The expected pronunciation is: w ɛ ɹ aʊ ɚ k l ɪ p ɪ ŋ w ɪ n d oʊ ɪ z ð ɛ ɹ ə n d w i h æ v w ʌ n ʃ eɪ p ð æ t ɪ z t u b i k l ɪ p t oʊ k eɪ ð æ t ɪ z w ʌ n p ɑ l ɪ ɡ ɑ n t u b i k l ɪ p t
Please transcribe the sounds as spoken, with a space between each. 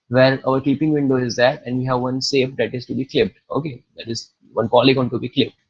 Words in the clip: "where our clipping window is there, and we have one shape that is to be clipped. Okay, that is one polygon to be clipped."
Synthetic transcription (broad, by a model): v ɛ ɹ aʊ ɚ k i p ɪ ŋ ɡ ɪ n d oʊ ɪ z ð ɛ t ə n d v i h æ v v ʌ n s eɪ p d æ t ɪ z t u b i k l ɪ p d oʊ k eɪ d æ t ɪ z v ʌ n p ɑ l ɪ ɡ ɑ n t u b i k l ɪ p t